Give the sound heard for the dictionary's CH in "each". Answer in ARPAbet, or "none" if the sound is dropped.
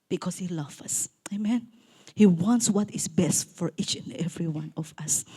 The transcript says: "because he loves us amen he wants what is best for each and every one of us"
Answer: CH